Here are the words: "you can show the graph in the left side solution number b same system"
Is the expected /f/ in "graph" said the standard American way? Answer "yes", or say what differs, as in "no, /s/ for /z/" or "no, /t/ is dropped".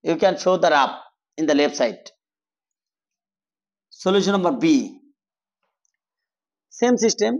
no, /p/ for /f/